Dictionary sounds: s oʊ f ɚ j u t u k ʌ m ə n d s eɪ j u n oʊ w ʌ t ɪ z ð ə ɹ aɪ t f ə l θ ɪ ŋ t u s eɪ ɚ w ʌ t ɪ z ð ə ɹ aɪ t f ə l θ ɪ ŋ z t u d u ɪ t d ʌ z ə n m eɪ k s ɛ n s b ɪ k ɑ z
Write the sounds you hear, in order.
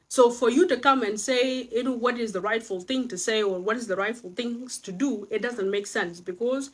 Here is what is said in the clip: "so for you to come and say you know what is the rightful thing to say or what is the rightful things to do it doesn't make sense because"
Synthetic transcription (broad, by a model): s oʊ f ɚ j u t u k ʌ m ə n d s eɪ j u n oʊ w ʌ t ɪ z ð ə ɹ aɪ t f ə l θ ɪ ŋ t u s eɪ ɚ w ʌ t ɪ z ð ə ɹ aɪ t f ə l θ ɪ ŋ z t u d u ɪ t d ʌ z ə n m eɪ k s ɛ n s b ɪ k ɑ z